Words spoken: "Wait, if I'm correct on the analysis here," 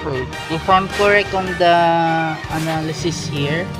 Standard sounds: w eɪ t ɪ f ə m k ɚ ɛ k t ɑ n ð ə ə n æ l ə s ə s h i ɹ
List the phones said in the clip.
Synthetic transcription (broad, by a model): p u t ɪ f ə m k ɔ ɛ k ɑ n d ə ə n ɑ l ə s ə s h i ɹ